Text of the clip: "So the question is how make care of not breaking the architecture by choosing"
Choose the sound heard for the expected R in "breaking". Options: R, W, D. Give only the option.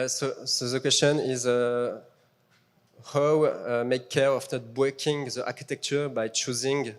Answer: W